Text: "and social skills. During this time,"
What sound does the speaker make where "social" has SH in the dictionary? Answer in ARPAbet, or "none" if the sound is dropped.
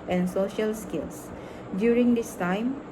SH